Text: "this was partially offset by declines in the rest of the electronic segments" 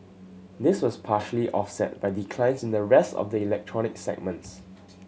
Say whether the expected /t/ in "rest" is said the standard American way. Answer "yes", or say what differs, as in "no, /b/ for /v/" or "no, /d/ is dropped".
yes